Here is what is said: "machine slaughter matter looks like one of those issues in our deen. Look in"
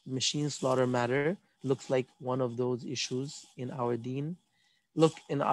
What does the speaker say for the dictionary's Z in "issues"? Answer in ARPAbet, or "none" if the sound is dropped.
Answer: Z